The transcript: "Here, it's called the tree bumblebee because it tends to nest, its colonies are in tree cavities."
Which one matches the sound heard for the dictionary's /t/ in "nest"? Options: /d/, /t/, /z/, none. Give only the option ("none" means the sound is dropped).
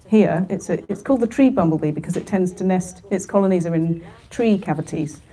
/t/